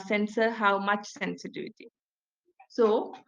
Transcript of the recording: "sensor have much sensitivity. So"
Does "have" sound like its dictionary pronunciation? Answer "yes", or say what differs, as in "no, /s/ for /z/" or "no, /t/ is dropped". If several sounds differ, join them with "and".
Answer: no, /w/ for /v/